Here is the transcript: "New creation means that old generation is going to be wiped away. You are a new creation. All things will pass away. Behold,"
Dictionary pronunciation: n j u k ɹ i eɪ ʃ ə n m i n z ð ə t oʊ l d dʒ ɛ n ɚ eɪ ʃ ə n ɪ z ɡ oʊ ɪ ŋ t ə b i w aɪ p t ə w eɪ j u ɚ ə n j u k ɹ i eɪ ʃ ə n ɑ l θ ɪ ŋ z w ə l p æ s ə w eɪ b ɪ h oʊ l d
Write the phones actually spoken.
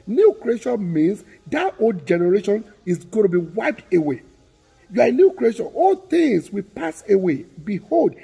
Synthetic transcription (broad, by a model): n j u k ɹ i eɪ ʃ ə n m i n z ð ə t oʊ l d dʒ ɛ n ɚ eɪ ʃ ə n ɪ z ɡ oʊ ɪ t ə b i w aɪ p t ə w eɪ j u ə n j u k ɹ i eɪ ʃ ə n ɑ l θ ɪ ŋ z w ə p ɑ s ə w eɪ b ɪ h oʊ l d